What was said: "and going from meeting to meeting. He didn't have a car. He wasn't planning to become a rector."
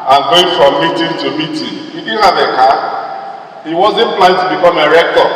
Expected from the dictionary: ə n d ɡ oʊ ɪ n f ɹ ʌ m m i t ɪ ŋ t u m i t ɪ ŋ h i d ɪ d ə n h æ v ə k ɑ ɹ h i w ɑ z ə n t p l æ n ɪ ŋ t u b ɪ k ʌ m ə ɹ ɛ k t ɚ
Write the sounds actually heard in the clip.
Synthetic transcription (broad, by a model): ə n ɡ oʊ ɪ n f ɹ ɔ m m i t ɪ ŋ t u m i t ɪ h i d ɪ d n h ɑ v ə k ɑ h i w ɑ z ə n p l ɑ ɪ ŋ t u b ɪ k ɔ m ə ɹ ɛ k t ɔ